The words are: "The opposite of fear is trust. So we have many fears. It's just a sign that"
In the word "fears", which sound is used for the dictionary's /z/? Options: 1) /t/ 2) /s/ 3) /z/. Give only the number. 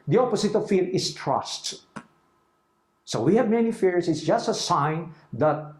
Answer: 2